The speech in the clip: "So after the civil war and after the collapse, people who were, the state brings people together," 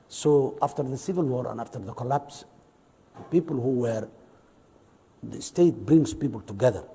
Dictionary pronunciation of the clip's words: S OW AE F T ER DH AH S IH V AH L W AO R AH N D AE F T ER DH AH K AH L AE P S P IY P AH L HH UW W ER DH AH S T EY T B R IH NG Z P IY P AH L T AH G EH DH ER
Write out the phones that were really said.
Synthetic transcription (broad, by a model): S OW AE F T ER DH AH S IH V AH L W AO R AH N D AE F T ER DH AH K AH L AE P S P IY P AH L HH UW W ER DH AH S T EY T B R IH NG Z P IY P AH L T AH G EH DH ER